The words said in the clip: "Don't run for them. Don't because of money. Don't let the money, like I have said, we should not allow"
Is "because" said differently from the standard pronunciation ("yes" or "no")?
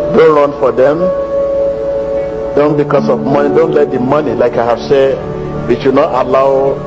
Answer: yes